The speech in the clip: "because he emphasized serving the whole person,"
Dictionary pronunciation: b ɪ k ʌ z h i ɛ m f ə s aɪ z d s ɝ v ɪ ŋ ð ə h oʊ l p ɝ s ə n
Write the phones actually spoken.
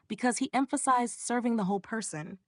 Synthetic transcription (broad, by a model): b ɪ k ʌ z h i ɛ m f ə s aɪ z d s ɝ v ɪ ŋ ð ə h oʊ l p ɝ s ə n